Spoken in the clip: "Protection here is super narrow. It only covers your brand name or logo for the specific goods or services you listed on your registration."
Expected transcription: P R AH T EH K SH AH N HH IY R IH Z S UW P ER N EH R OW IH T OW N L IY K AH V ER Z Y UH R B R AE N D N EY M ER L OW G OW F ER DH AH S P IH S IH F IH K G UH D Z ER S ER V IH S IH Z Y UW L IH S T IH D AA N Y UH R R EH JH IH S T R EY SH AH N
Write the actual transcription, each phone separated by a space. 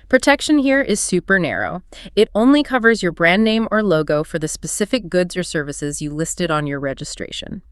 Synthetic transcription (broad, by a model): P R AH T EH K SH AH N HH IY R IH Z S UW P ER N EH R OW IH T OW N L IY K AH V ER Z Y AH R B R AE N N EY M ER L OW G OW F ER DH AH S P IH S IH F IH K G UH D Z ER S ER V IH S IH Z Y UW L IH S T IH D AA N Y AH R R EH JH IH S T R EY SH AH N